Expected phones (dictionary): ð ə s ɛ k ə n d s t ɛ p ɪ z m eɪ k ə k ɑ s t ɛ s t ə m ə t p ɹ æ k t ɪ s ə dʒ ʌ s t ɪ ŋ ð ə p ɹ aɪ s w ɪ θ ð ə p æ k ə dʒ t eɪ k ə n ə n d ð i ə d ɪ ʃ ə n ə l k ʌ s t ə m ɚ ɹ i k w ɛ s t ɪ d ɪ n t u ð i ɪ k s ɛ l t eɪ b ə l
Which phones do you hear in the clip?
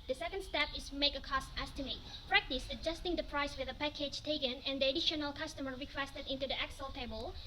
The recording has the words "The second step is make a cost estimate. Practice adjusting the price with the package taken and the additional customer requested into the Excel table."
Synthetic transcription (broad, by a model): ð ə s ɛ k ə n d s t ɛ p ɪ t m eɪ k ə k ɑ s t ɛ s t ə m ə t p ɹ æ k t ɪ s ə dʒ ʌ s t ɪ ŋ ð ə p ɹ aɪ s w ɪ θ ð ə p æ k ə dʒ t eɪ k ə n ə n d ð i ə d ɪ ʃ ə n ə l k ʌ s t ə m ɚ ɹ i k w ɛ s t ɪ d ɪ n t u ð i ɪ k s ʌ l t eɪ b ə l